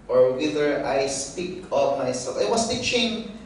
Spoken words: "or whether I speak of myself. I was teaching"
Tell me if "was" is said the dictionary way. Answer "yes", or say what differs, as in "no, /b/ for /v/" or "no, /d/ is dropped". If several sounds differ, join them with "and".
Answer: no, /s/ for /z/